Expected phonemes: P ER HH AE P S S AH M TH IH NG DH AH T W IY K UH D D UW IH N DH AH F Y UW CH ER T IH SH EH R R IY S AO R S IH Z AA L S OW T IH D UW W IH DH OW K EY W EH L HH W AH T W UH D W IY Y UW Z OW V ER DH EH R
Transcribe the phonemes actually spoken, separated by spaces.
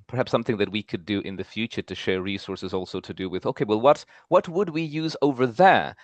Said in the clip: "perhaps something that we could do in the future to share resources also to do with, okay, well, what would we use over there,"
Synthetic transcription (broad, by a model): P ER HH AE P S S AH M TH IH NG DH AH T W IY K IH D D IH N DH AH F Y UW CH ER T IH SH EH R R IY S AO R S IH Z AA L S OW T IH D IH W IH DH OW K EY W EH L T W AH T W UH D W IY Y UW Z OW V ER DH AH R